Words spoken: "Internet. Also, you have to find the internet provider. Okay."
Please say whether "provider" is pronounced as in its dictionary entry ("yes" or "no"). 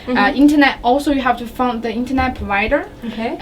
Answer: yes